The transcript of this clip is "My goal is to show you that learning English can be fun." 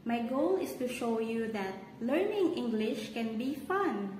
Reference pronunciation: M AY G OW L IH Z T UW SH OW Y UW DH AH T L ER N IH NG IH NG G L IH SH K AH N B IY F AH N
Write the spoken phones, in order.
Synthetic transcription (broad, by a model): M AY G OW L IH S T UW SH OW Y UW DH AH T L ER N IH NG IH NG G L IH SH K AH N B IY F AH N